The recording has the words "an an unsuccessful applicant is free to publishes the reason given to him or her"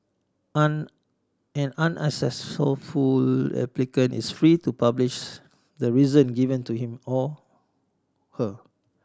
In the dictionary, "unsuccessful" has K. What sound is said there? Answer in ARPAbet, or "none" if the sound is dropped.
none